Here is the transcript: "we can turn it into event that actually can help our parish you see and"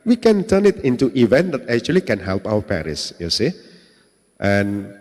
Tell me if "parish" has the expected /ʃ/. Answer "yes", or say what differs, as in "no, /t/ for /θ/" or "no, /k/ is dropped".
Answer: no, /s/ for /ʃ/